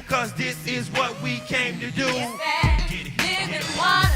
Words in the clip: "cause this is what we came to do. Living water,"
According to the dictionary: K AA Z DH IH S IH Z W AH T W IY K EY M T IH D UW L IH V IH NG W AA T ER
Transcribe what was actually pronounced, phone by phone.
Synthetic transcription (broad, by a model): K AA Z DH IH S IH Z W AH T W IY K EY M T IH D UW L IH IH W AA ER